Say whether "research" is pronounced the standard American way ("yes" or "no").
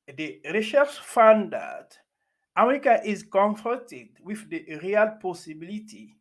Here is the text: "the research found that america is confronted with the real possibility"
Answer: no